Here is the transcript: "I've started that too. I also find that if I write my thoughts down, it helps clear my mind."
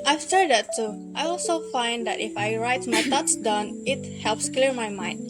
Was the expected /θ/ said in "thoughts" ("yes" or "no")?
no